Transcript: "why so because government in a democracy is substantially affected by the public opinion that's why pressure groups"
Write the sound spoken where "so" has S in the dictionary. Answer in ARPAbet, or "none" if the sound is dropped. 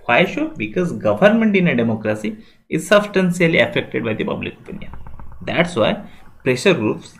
SH